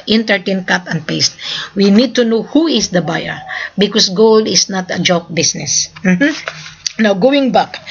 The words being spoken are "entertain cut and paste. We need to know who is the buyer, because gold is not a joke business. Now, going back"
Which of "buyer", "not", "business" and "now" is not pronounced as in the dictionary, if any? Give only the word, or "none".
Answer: business